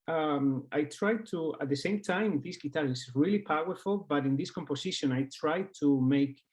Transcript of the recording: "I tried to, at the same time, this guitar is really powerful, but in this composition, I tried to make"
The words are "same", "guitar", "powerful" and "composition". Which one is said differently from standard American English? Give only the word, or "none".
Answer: composition